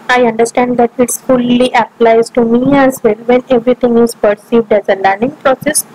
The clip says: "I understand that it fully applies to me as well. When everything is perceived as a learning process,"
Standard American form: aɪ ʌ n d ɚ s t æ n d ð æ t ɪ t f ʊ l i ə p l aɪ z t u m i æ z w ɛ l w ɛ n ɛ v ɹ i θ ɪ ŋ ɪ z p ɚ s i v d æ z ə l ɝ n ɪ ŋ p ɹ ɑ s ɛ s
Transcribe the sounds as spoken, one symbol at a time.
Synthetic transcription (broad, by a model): aɪ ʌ n d ɚ s t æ n d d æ t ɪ t f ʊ l i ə p l aɪ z t u m i æ z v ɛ l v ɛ n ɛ v ɹ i t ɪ ŋ ɪ z p ɚ s i v d æ z ə l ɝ n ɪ ŋ p ɹ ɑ s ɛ s